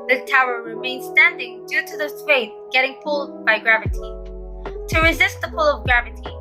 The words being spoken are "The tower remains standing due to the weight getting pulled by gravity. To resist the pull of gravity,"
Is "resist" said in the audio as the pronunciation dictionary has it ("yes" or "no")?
yes